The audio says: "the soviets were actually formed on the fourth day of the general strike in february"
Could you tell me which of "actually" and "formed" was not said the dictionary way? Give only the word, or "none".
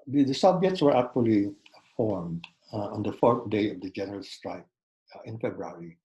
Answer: none